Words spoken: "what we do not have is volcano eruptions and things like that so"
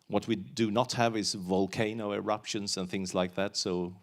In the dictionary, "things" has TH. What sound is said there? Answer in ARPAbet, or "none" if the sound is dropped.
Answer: TH